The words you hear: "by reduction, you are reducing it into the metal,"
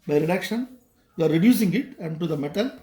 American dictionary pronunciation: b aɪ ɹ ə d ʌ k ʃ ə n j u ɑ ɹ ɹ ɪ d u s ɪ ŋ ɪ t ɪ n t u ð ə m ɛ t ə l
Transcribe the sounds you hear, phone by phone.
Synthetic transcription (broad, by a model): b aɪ ɹ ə d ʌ k ʃ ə n j u ɑ ɹ ɹ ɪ d u s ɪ ŋ ɪ t ɪ n t u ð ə m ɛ t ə l